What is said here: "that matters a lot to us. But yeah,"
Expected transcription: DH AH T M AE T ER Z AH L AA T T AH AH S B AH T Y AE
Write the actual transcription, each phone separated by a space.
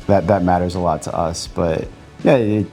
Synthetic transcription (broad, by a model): DH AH T M AE T ER Z AH L AA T T AH AH S B AH T Y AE